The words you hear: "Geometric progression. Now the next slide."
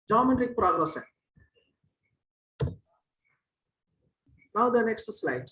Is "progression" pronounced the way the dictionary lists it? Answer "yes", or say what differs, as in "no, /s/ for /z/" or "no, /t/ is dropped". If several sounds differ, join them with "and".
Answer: no, /s/ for /ʃ/